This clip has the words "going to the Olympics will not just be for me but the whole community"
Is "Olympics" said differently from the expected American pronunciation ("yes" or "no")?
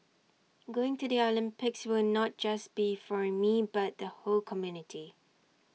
no